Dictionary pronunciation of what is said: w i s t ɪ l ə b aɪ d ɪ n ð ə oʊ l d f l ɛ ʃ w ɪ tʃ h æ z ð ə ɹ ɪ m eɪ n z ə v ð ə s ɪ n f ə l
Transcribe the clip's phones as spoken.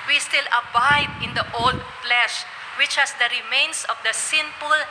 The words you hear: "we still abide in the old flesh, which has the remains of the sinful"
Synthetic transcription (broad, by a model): w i s t ɪ l ə b aɪ d ɪ n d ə oʊ l d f l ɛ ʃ w ɪ tʃ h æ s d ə ɹ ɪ m eɪ n s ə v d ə s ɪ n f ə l